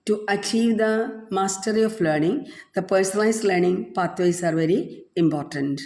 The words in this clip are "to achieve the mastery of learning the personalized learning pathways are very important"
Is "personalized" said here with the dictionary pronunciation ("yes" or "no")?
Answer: no